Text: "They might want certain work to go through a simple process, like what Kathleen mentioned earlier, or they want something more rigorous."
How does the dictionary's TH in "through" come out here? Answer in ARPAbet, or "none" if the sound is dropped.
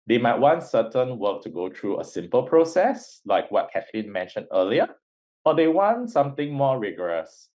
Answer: T